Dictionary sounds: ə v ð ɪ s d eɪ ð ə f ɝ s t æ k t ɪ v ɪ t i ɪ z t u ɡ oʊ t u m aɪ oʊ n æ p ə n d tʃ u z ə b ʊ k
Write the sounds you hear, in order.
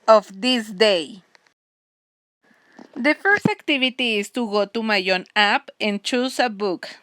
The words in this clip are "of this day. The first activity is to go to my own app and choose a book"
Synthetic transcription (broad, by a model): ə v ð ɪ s d eɪ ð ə f ɝ s t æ k t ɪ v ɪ t i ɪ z t u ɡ oʊ t u m aɪ oʊ n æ p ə n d tʃ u s ə b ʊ k